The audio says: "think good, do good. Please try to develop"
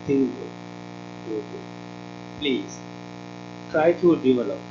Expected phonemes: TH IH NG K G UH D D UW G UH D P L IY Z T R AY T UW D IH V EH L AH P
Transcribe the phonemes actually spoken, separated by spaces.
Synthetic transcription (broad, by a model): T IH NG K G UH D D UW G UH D P L IY Z T R AY T UW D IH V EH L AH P